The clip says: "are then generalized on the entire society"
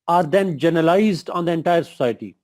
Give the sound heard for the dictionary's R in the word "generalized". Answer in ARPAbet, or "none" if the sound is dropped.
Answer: none